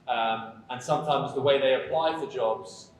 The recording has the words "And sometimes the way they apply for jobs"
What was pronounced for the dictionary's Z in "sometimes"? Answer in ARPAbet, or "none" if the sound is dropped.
Z